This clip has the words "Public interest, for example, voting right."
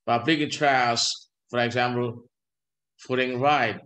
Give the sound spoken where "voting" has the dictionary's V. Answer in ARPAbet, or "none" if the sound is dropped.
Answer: F